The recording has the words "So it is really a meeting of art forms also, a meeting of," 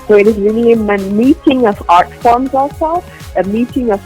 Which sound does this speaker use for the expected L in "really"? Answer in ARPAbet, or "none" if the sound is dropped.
N